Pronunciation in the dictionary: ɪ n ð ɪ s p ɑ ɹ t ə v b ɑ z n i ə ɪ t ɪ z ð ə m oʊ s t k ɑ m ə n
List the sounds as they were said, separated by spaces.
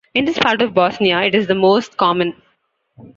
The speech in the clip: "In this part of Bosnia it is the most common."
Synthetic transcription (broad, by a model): ɪ n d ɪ s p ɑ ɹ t ə v b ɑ s n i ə ɪ t ɪ z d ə m oʊ s t k ɑ m ə n